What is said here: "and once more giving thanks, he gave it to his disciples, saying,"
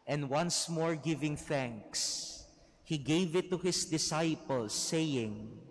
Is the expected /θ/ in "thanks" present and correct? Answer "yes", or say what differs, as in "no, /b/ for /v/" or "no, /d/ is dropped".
yes